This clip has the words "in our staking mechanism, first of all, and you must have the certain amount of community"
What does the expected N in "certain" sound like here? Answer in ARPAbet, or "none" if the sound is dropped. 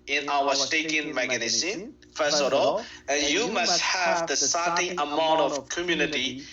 none